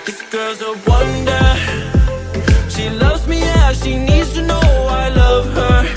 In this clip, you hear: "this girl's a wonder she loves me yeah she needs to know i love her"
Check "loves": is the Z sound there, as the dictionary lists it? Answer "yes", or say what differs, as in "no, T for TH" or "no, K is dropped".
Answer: yes